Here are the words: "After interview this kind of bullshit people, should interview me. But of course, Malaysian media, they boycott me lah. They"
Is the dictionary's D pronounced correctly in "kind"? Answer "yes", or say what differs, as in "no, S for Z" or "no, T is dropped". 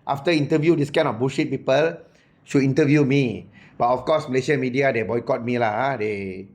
no, D is dropped